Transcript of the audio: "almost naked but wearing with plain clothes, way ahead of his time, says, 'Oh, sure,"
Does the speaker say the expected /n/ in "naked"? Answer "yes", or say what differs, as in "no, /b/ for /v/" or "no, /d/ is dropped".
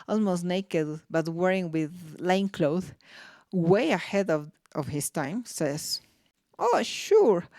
yes